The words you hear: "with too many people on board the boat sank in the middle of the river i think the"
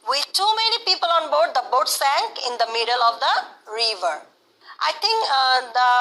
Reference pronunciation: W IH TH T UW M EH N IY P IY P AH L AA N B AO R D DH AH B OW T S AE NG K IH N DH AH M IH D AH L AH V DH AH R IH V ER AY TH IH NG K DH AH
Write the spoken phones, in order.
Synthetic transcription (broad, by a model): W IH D T UW M EH N IY P IY P AH L AA N B AO R D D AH B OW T S AE NG K IH N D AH M IH D AH L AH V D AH R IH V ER AY T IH NG K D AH